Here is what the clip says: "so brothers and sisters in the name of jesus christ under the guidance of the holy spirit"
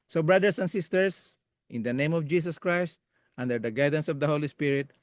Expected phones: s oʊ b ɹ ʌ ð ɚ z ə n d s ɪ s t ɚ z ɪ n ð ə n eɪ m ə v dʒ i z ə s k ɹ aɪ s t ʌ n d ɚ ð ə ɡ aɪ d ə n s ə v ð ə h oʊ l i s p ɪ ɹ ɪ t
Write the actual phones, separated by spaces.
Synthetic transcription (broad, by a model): s oʊ b ɹ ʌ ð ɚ s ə n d s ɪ s t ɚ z ɪ n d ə n eɪ m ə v dʒ i s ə s k ɹ aɪ s t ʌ n d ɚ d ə ɡ aɪ d ə n s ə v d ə h oʊ l i s p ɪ ɹ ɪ t